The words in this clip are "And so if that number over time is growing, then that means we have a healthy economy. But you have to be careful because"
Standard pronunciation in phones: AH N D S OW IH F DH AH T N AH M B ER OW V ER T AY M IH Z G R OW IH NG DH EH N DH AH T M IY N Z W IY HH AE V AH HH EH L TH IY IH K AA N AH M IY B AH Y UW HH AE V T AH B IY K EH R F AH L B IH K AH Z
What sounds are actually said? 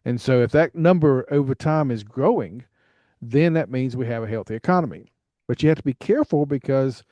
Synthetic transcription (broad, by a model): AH N S OW IH F DH AH T N AH M B ER OW V ER T AY M IH Z G R OW IH NG DH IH N DH AH T M IY N Z W IY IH V AH HH EH L TH IY IH K AA N AH M IY B AH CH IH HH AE T AH B IY K EH R F L B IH K AH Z